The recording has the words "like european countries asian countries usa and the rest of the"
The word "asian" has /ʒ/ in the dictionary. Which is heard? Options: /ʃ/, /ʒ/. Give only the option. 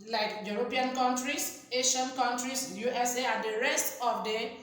/ʃ/